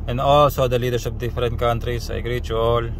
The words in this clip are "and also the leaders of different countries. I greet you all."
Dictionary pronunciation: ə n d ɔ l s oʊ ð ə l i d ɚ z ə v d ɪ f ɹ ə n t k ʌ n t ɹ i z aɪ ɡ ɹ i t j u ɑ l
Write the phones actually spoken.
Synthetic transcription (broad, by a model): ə n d ɔ l s oʊ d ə l i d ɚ s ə p d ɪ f ɹ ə n t k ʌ n t ɹ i s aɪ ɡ ɹ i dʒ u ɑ l